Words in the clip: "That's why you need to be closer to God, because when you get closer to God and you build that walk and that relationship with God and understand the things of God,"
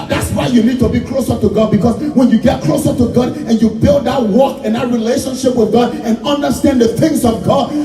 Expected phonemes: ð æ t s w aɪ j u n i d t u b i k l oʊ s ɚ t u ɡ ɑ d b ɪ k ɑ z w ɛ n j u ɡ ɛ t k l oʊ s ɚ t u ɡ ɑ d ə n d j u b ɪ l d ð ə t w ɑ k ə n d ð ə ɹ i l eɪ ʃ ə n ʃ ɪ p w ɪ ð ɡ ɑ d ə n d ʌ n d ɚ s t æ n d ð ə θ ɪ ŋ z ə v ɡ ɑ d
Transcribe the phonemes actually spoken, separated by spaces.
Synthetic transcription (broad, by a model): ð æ t s w aɪ j u n i d t u b i k l oʊ s ɚ t u ɡ ɑ d b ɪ k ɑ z w ɛ n j u ɡ ɛ t k l oʊ s ɚ t u ɡ ɑ d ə n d j u b ɪ l d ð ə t w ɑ k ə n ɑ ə ɹ i l eɪ ʃ ə n ʃ ɪ p w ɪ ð ɡ ɑ d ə n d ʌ n d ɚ s t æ n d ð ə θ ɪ ŋ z ə v ɡ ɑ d